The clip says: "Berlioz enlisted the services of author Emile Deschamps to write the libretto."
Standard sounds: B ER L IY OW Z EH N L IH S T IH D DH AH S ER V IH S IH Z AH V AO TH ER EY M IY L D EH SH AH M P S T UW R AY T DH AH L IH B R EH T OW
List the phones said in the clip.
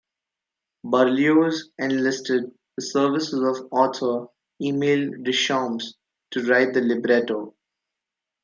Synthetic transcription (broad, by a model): B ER L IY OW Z EH N L IH S T IH D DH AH S ER V IH S IH Z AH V AO T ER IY M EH L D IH SH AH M S T UW R AY T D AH L IH B R EH T OW